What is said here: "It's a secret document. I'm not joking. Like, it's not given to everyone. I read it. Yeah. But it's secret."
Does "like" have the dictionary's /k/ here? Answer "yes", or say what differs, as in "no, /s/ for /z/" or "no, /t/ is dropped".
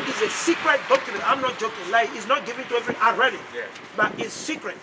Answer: no, /k/ is dropped